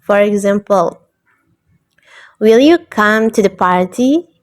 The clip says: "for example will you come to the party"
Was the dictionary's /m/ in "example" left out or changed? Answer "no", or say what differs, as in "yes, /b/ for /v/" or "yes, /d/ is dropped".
no